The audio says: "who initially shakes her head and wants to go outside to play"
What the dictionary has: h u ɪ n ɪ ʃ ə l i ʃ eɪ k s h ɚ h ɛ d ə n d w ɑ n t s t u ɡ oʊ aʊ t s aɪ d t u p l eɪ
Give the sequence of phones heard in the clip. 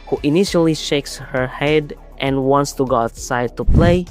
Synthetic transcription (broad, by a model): h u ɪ n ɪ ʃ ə l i ʃ eɪ k s h ɚ h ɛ d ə n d w ɑ n t s t u ɡ oʊ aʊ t s aɪ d t u p l eɪ